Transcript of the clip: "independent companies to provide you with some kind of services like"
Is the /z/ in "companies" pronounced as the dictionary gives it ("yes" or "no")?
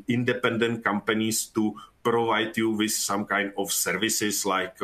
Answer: no